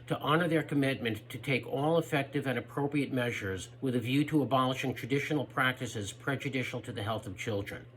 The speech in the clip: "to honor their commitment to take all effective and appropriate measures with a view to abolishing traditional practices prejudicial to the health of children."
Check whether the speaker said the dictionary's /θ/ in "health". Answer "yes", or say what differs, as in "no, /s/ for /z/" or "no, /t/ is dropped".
yes